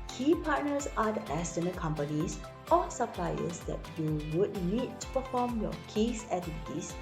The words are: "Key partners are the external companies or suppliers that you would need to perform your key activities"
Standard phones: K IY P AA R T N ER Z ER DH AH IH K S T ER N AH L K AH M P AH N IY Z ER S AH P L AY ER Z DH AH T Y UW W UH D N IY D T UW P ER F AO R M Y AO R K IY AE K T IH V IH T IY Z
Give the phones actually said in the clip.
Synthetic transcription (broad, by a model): K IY P AA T N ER S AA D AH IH S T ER N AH K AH M P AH N IY S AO S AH P L AY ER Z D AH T Y UW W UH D N IY D T UW P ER F AO M Y AO K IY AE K T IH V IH T IY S